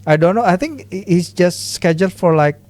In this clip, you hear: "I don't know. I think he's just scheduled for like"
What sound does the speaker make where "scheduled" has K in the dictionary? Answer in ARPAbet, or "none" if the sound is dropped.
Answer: K